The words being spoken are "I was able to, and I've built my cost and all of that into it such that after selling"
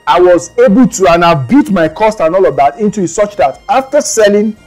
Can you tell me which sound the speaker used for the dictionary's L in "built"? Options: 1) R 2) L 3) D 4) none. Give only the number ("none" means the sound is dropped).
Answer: 4